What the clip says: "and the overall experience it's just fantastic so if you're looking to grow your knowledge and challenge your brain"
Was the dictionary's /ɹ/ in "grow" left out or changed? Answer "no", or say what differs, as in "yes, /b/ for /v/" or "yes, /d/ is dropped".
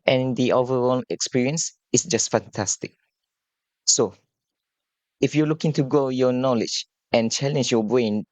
yes, /ɹ/ is dropped